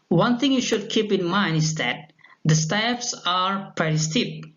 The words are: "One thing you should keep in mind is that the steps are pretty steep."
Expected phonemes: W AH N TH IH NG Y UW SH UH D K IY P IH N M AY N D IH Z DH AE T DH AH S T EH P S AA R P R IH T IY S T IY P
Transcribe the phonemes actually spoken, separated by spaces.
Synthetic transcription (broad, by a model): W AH N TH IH NG Y UW SH UH D K IY P IH N M AY N D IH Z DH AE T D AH S T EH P S AA R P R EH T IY S T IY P